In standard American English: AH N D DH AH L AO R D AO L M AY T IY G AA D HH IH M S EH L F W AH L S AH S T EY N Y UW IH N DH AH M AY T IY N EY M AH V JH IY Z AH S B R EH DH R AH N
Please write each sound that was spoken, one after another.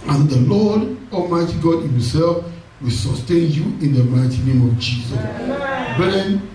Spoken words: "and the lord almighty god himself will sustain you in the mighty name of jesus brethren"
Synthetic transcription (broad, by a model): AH N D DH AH L AO D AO M AY T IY G AA D HH IH M S EH L F W AH L S AH S T EY N Y UW IH N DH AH M AY T IY N EY M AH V JH IY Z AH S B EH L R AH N